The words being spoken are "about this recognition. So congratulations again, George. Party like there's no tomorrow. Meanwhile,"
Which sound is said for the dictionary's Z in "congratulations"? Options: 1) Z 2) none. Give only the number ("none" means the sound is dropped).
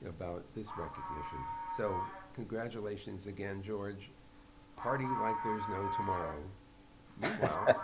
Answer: 1